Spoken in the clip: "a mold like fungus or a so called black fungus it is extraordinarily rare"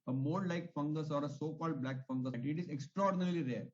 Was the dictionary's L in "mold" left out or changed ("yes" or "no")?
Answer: yes